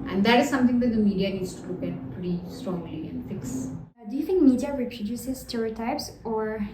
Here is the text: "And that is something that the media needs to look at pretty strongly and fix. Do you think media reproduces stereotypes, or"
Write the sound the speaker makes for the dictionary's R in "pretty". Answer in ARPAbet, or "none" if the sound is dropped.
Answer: R